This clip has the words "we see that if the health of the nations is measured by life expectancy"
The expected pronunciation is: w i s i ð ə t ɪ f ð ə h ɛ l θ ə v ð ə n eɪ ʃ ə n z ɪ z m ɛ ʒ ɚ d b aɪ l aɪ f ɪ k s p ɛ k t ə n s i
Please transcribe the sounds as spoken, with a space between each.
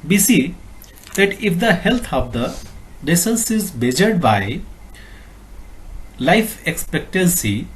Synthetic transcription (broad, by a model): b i s i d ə t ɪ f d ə h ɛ l t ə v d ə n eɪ s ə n s ɪ z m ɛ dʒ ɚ d b aɪ l aɪ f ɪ k s p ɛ k t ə n s i